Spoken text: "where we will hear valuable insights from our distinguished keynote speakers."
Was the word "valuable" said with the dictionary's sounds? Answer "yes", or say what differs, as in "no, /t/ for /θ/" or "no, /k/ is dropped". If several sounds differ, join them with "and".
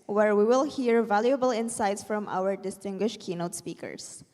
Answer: yes